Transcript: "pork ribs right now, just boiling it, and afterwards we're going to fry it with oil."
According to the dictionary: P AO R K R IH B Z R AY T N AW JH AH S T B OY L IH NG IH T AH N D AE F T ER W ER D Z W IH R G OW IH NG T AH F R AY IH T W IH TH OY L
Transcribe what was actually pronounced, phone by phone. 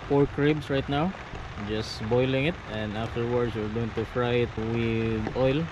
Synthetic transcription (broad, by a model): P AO R K R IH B S R AY T N AW JH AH S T B OY L IH NG IH T AH N D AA F T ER W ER D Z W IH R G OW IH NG T AH F R AY IH T W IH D OY L